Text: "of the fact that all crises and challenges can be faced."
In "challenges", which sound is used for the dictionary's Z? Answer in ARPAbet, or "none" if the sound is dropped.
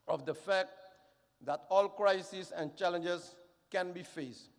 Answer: S